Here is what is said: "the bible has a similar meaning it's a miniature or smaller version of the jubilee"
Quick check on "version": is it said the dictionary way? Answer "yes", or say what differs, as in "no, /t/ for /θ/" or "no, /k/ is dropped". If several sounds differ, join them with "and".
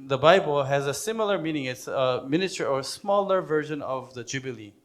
yes